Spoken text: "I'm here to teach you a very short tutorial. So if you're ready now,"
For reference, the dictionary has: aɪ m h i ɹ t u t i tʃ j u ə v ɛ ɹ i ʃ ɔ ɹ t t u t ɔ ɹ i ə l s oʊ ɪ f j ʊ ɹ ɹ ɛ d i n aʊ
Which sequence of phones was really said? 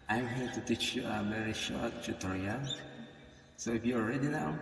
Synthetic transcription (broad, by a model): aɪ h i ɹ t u t i tʃ j u ə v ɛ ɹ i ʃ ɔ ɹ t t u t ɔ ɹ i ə n s oʊ ɪ f j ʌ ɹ ɹ ɛ d i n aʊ